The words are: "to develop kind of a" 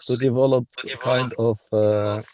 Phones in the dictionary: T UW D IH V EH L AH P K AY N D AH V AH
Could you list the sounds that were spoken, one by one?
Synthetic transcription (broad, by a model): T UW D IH V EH L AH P K AY N D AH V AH